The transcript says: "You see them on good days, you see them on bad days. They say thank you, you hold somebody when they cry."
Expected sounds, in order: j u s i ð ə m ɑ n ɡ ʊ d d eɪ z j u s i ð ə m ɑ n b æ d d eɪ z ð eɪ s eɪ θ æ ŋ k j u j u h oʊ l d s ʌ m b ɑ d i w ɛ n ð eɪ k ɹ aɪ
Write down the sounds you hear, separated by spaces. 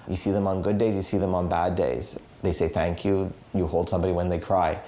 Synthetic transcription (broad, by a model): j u s i ð ə m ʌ n ɡ ʊ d d eɪ z j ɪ s i ð ə m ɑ n b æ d d eɪ z ð eɪ s eɪ θ æ ŋ k j u j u h oʊ l d s ʌ m b ɑ d i w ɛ n ð eɪ k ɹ aɪ